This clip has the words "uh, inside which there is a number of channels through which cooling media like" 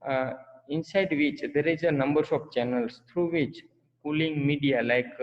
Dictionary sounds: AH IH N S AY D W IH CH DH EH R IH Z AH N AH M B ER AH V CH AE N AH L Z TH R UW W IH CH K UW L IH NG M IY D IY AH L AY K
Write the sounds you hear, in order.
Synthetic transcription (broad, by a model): IH N S AY D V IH CH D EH R IH Z AH N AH M B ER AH P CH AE N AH L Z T R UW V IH CH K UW L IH NG M IY D IY AH L AY K